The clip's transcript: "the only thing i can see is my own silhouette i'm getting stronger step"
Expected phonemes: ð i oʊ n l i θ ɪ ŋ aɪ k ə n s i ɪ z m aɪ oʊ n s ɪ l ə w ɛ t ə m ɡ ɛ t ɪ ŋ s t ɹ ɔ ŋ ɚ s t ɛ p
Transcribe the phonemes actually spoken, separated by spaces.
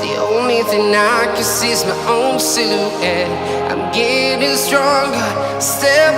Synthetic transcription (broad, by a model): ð i oʊ n l i θ ɪ ŋ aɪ k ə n s i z m aɪ oʊ n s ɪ ə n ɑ ə m ɡ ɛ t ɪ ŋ s t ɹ ɔ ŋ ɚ s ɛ